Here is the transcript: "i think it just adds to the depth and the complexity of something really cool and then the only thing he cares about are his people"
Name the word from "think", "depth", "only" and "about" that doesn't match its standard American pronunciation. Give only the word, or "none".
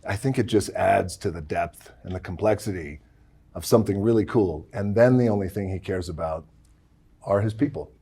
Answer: none